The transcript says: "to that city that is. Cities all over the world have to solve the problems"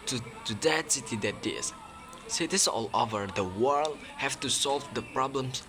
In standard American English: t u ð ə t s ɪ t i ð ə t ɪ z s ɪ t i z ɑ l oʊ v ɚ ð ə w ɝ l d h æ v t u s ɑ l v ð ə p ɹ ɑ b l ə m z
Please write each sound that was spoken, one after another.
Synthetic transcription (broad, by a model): t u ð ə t s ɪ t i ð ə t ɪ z s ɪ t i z ɑ l oʊ v ɚ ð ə w ɝ l d h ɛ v t u s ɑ l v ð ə p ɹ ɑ b l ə m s